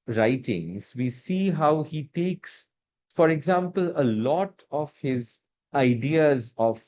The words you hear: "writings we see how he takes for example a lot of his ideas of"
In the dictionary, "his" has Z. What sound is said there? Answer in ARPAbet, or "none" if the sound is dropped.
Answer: Z